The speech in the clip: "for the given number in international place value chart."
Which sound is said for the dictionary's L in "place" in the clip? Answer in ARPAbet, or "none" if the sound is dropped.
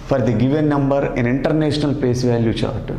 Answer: none